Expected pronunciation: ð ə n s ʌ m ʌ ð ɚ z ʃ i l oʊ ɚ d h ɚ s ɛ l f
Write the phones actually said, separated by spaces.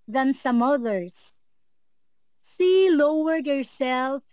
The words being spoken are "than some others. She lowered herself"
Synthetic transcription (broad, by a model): ð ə n s ʌ m ʌ ð ɚ z s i l oʊ ɚ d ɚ s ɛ l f